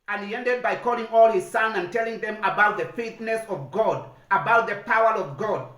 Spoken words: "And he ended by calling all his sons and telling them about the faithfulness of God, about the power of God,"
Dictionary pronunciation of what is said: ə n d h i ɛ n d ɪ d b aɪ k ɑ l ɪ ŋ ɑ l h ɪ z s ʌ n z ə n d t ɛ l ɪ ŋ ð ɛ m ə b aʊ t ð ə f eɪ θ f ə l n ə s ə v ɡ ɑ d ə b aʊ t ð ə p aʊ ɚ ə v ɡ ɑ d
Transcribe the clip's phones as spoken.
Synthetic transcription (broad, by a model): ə n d h i ɛ n d ɪ d b aɪ k ɑ l ɪ ŋ ɑ l h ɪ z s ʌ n ə n t ɛ l ɪ ŋ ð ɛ m ə b aʊ t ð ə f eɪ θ n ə s ə v ɡ ɑ d ə b aʊ t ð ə p aʊ ɚ ə v ɡ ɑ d